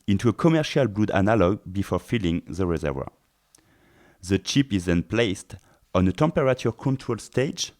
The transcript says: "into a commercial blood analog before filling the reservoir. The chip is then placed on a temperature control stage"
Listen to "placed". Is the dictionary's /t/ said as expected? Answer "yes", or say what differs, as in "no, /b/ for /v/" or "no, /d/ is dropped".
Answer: yes